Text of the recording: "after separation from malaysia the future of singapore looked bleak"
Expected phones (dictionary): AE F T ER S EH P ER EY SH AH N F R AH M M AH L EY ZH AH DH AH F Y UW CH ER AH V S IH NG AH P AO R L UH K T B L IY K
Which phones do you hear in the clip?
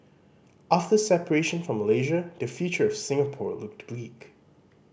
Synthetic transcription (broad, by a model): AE F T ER S EH P ER EY SH AH N F R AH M M AH L EY ZH AH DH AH F Y UW CH ER AH V S IH NG AH P AO R L UH K T B L IY K